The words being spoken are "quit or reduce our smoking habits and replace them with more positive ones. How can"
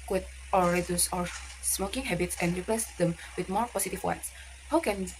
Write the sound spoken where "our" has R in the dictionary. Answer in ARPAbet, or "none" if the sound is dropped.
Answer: R